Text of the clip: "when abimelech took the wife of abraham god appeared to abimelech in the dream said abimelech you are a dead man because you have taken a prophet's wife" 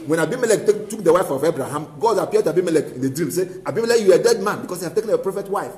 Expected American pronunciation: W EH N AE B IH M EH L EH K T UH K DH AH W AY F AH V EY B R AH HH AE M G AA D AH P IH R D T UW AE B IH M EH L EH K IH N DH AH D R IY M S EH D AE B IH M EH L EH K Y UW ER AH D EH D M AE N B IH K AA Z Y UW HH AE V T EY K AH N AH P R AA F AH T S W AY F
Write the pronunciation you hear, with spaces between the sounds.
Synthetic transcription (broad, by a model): W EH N AE B IH M EH L EH K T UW K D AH W AY F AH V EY B R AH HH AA M G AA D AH P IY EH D T UW AE B IH M EH L EH K IH N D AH D R IY M S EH AE B IH M EH L EH K Y UW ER AH D EH D M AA N B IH K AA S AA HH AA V T EY K AH N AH P R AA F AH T W AY F